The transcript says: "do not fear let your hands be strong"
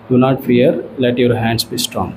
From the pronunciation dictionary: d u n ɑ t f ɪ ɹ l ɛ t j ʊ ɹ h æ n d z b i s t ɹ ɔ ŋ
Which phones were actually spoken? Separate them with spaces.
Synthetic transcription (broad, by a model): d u n ɑ t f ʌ ɹ l ɛ t j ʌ ɹ h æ n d s b i s t ɹ ɔ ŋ